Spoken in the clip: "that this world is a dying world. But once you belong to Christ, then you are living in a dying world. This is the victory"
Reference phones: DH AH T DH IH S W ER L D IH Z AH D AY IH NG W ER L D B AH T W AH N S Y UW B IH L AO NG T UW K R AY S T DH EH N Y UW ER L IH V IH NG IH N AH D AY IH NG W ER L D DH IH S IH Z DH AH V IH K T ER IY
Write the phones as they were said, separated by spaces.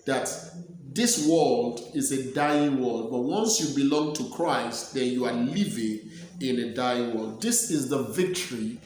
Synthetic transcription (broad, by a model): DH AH T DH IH S W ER L D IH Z AH D AY IH NG W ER L D B AH T W AH N S Y UW B IH L AO NG T UW K R AY S T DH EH N Y UW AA L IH V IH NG IH N AH D AY IH NG W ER L D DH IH S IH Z DH AH V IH K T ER IY